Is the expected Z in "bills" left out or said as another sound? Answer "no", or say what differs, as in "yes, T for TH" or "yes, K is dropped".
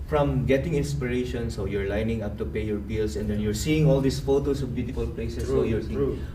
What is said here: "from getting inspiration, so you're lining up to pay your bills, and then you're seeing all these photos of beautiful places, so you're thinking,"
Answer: yes, S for Z